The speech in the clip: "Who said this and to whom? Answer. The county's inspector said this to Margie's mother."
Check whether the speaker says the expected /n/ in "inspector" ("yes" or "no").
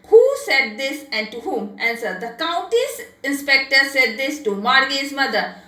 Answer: yes